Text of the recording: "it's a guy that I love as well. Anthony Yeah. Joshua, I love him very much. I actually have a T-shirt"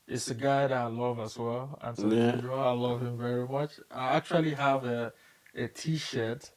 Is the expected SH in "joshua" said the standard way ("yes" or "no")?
no